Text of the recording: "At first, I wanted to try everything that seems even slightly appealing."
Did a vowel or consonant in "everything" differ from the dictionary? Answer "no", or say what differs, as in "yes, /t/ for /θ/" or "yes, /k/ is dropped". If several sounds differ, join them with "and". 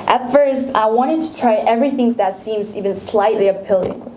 no